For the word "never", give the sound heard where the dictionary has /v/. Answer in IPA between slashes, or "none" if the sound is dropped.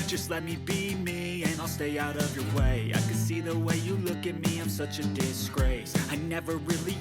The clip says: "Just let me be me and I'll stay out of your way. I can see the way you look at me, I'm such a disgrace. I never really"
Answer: /v/